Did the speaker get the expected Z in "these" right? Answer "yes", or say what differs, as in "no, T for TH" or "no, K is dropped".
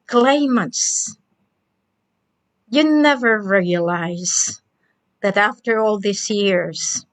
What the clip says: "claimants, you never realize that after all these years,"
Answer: no, S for Z